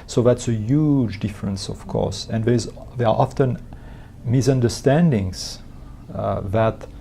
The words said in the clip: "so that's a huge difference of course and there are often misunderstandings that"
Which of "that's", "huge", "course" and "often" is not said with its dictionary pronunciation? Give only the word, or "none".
none